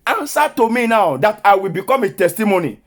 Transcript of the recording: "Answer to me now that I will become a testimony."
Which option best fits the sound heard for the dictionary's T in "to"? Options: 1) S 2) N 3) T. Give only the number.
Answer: 3